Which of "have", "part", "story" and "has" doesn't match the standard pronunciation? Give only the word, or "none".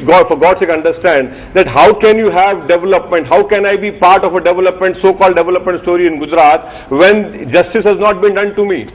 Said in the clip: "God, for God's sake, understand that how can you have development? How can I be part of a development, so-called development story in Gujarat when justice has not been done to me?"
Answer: none